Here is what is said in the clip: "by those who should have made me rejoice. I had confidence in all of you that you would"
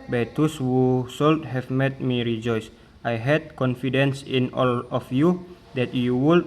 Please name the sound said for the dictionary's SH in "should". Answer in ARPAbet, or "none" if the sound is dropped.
S